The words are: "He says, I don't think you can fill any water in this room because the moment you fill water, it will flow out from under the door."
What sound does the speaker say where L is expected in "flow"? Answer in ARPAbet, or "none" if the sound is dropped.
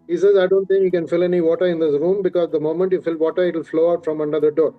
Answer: L